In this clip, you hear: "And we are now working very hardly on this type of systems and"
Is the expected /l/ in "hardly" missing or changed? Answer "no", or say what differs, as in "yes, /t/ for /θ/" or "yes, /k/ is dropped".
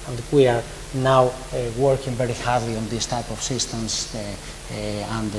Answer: no